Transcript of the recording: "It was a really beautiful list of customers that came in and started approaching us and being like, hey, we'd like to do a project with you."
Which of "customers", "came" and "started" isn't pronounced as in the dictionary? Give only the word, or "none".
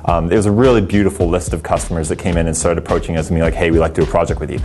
none